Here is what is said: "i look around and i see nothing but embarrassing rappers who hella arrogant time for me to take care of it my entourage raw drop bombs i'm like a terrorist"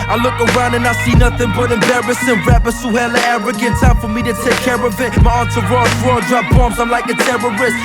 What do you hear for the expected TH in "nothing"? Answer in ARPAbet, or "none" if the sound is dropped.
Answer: TH